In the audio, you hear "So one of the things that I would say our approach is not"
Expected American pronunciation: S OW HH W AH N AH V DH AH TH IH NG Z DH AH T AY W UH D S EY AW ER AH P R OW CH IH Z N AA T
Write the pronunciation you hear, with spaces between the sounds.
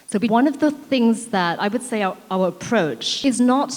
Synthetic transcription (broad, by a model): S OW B W AH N AH V DH AH TH IH NG Z DH AH T AY W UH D S EY AW ER AH P R OW CH IH Z N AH T